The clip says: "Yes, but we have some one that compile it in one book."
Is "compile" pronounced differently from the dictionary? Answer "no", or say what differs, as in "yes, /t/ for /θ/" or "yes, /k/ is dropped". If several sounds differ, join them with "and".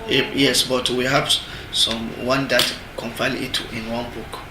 yes, /f/ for /p/